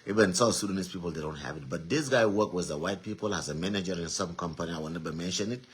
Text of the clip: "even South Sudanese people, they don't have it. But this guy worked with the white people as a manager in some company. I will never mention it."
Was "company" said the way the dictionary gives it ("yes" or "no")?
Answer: yes